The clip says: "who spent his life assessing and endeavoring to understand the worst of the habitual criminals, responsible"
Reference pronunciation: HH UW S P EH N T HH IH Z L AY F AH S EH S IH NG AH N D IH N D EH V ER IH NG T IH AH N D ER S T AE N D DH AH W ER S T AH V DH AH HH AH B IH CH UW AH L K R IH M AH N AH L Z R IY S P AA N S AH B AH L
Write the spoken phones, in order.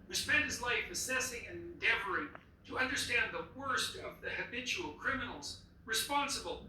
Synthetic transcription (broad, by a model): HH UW S P EH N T HH IH Z L AY F AH S EH S IH NG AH N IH N D EH V ER IH NG T IH AH N D ER S T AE N DH AH W ER S T AH V DH AH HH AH B IH CH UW L K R IH M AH N L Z R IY S P AA N S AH B L